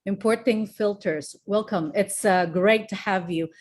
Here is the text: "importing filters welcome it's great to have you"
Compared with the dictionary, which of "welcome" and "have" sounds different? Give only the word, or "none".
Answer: none